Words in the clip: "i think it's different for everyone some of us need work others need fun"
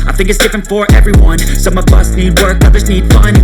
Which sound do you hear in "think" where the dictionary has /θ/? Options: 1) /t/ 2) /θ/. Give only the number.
2